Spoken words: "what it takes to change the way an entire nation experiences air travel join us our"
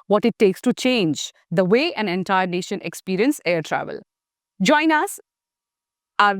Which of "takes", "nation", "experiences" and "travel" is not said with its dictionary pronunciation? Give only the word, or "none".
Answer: experiences